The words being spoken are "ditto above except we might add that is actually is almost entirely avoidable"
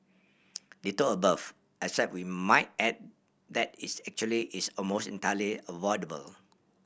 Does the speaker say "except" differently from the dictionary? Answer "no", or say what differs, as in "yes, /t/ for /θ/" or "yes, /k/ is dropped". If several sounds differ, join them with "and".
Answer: yes, /k/ is dropped